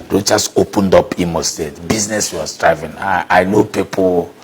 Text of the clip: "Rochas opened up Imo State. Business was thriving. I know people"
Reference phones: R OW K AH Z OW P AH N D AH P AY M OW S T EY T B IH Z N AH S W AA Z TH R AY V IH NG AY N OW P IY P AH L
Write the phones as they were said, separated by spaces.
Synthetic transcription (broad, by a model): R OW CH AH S OW P AH N D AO P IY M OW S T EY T B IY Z N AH S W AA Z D R AY V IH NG AY N OW P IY P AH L